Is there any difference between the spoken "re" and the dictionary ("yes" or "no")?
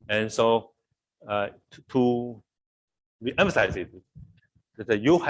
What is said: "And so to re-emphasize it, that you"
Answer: yes